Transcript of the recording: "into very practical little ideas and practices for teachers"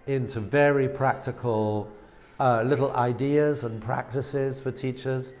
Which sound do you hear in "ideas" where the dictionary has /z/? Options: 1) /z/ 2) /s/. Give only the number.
1